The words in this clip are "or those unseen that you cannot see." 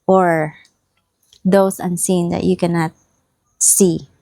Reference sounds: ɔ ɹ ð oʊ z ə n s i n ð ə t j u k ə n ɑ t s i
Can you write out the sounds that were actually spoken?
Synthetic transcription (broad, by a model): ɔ ɹ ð oʊ s ə n s i n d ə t j u k ə n ɑ t s i